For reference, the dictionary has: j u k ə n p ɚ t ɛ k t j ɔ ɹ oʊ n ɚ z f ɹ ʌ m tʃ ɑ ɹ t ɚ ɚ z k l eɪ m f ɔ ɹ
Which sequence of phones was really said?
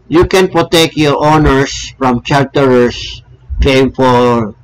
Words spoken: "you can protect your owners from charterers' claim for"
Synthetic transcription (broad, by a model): j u k ə n p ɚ t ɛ k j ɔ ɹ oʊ n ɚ s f ɹ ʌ m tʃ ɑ ɹ t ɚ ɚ s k eɪ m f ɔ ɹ